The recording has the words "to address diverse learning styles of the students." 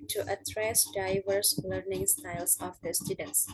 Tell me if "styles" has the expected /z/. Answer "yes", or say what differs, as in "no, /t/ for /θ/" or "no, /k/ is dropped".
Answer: no, /s/ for /z/